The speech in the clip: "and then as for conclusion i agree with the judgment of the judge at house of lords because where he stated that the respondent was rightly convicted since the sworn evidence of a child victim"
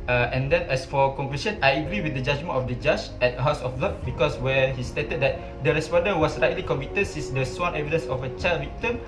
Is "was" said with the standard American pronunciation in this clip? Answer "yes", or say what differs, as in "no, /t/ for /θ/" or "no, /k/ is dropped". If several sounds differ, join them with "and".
no, /s/ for /z/